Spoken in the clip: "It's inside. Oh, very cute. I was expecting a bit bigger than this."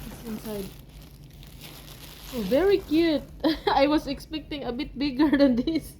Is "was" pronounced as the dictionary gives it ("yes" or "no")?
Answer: no